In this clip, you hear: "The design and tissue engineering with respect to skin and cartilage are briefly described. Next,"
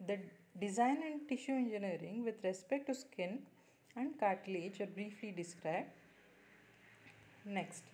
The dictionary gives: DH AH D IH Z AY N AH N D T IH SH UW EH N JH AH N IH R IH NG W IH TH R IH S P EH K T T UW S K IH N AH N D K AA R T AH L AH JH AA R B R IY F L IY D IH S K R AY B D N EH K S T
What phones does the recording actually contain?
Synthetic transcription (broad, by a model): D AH D IH Z AY N AH N D T IH SH UW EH N JH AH N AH R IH NG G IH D R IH S P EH K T T UW S K IH N AH N D K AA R T L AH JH AA R B R IY F L IY D IH S K R AY B D N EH K S T